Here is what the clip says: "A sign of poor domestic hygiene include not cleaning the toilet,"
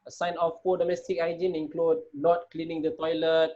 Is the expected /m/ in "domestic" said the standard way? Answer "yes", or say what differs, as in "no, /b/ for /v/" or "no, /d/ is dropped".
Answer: yes